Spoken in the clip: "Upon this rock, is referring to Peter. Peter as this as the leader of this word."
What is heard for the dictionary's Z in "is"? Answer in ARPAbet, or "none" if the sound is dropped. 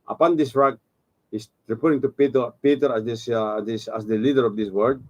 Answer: S